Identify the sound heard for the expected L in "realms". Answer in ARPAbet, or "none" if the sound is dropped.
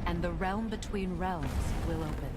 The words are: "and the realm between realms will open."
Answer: L